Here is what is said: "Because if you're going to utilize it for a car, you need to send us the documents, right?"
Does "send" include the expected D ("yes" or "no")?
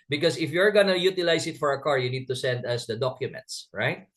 yes